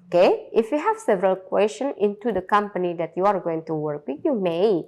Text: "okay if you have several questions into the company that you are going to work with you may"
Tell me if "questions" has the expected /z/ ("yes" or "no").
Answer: no